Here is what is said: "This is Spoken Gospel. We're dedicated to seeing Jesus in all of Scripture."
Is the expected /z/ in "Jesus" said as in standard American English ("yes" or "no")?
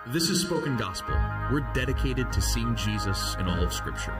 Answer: yes